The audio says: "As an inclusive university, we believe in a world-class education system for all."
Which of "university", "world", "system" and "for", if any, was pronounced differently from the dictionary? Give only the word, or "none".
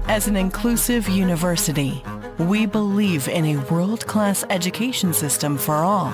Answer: none